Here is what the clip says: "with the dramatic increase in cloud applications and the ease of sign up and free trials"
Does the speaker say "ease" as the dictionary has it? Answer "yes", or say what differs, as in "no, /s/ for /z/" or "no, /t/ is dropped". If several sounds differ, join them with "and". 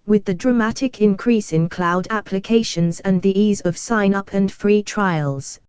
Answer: yes